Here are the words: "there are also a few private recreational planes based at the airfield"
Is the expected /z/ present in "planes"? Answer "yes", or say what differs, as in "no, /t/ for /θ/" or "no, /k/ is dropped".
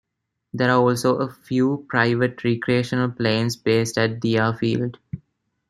no, /s/ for /z/